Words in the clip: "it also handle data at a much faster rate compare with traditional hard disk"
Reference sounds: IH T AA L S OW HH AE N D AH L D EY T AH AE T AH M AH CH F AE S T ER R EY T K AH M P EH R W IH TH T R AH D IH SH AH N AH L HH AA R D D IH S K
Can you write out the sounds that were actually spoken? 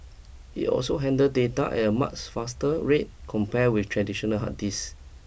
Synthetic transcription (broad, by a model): IH T AA L S OW HH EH N D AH D EY T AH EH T AH M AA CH F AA S T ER R EY T K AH M P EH W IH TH T R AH D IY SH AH N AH L HH AA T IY S